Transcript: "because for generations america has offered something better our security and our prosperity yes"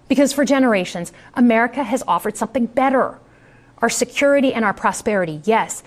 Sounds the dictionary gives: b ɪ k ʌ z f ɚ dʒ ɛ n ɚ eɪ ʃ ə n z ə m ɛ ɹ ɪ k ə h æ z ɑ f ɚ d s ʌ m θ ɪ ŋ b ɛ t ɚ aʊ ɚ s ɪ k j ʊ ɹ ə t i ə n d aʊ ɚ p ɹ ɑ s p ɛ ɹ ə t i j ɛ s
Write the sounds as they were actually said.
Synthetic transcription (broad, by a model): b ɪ k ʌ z f ɚ dʒ ɛ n ɚ eɪ ʃ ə n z ə m ɛ ɹ ɪ k ə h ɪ z ɑ f ɚ d s ʌ m θ ɪ ŋ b ɛ t ɚ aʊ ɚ s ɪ k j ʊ ɹ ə t i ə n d aʊ ɚ p ɹ ɑ s p ɛ ɹ ə t i j ɛ s